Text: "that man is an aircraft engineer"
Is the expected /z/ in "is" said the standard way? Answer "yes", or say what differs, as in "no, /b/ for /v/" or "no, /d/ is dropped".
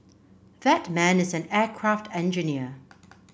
yes